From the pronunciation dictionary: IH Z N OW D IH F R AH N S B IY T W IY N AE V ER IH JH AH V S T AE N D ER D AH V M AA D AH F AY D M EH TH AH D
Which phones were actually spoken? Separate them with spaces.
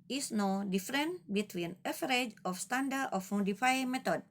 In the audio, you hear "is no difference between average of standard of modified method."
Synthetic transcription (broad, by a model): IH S N OW D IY F R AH N B IY T W IY N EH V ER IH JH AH F S T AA N D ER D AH F M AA D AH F AY M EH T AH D